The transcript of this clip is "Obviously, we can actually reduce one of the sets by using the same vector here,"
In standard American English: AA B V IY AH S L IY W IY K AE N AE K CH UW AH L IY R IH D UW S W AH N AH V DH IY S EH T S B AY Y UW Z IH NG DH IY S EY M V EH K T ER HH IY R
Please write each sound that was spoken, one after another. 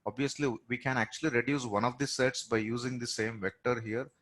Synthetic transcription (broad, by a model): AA B V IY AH S L IY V IY K AE N AE K CH UW AH L IY R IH D UW S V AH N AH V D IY S EH T S B AY Y UW Z IH NG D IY S EY M V EH K T ER HH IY R